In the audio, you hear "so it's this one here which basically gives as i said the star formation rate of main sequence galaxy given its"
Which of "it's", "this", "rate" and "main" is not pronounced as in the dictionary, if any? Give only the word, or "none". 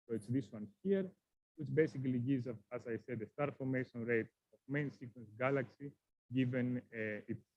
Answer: none